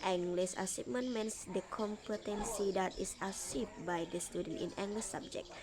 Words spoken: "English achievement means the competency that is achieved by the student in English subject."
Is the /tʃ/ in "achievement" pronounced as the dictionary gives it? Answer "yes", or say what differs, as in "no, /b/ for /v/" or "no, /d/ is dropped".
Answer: no, /s/ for /tʃ/